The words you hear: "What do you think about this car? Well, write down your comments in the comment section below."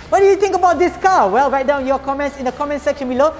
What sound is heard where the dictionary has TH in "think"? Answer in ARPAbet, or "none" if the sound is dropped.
T